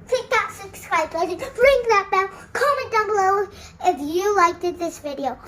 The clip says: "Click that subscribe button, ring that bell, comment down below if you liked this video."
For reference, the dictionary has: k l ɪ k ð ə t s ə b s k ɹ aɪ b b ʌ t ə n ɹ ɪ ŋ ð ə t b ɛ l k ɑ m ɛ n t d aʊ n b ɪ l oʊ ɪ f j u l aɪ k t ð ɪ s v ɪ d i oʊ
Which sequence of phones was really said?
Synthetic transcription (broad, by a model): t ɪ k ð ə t s ə b s k ɹ aɪ b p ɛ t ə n ɹ ɪ ŋ ð ə t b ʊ n k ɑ m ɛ n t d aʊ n l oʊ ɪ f j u l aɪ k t ð ɪ s v ɪ d i oʊ